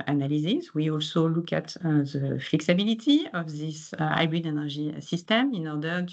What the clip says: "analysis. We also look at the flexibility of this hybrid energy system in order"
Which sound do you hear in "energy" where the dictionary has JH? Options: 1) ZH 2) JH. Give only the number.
1